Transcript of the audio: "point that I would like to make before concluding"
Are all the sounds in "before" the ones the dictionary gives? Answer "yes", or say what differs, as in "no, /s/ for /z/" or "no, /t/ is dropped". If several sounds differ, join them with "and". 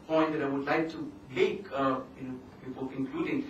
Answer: no, /l/ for /ɹ/